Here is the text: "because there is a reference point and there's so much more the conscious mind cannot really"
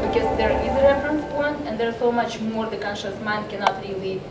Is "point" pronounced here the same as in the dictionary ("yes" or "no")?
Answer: no